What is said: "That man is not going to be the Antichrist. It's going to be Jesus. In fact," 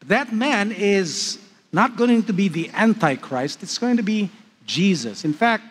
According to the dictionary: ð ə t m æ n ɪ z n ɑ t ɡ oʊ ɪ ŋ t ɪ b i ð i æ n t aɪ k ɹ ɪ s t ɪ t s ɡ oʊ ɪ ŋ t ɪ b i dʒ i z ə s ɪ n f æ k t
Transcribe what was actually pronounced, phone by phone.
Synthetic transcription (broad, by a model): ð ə t m æ n ɪ z n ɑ t ɡ oʊ ɪ ŋ t ɪ b i ð i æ n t aɪ k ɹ ɪ s t ɪ t s ɡ oʊ ɪ ŋ t ɪ b i dʒ i z ə s ɪ n f æ k t